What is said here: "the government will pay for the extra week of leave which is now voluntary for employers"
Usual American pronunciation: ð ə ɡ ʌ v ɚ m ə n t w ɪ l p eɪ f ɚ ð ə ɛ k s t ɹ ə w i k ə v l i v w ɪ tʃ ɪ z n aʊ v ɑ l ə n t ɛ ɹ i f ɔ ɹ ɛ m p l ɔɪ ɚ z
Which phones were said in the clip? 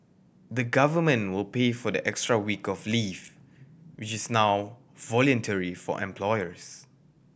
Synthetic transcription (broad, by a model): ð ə ɡ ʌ v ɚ m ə n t w ɪ l p eɪ f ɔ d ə ɛ k s t ɹ ə w i k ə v l i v w ɪ tʃ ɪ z n aʊ v ɑ l ə n t ɛ ɹ i f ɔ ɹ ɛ m p l ɔɪ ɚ s